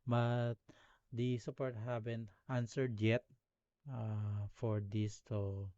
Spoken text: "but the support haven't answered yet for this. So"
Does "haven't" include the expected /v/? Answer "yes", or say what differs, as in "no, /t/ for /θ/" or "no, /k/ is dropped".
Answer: no, /b/ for /v/